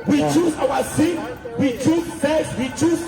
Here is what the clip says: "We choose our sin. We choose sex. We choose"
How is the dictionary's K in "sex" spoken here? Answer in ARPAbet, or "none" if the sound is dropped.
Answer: none